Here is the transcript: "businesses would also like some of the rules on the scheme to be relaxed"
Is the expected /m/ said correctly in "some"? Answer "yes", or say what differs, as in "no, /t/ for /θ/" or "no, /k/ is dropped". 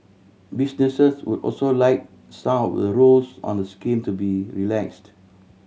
no, /m/ is dropped